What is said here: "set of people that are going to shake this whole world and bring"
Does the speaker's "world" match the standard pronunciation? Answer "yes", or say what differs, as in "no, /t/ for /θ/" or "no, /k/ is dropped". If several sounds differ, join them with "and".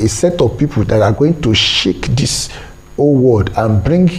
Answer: no, /l/ is dropped